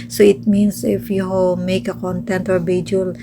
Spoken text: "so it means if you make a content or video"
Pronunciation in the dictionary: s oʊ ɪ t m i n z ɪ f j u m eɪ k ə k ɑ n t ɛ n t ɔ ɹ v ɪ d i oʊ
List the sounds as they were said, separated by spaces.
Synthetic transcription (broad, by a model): s oʊ ɪ t m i n s ɪ f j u m eɪ k ə k ɑ n t ɛ n t ɔ ɹ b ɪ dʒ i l